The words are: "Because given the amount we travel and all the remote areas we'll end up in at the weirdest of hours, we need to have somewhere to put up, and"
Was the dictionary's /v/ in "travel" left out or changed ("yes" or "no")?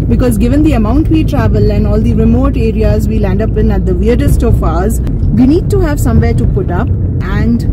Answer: no